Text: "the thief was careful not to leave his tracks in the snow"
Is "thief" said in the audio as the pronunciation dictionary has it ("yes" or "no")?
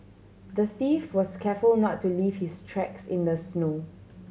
yes